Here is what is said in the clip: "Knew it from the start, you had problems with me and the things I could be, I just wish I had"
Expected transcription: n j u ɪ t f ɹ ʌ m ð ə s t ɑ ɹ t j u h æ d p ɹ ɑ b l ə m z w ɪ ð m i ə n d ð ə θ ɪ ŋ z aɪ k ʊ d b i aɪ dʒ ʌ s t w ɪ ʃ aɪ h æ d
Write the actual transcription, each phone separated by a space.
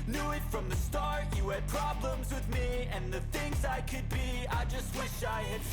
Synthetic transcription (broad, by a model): n j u ɪ t f ɹ ʌ m ð ə s t ɑ ɹ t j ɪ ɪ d p ɹ ɑ b l ə m z w ɪ ð m i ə n ð ə θ ɪ ŋ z aɪ k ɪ d b i aɪ dʒ ʌ s t w ɪ ʃ aɪ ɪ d